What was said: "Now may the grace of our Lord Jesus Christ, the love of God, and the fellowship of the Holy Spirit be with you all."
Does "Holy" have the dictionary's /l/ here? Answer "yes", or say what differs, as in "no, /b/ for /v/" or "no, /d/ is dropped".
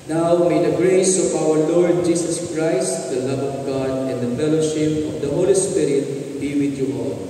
yes